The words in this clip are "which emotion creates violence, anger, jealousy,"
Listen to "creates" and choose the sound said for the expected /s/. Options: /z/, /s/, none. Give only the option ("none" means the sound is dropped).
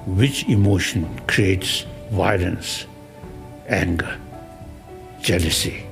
/s/